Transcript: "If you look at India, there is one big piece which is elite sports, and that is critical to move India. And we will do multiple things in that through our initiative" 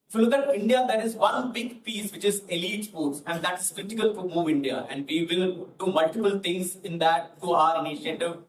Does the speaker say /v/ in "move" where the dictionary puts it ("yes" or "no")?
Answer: yes